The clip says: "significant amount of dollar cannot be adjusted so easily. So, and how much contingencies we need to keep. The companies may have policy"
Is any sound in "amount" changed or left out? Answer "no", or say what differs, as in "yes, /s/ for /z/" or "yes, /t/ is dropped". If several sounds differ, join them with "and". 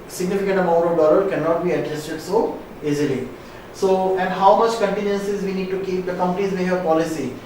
yes, /n/ is dropped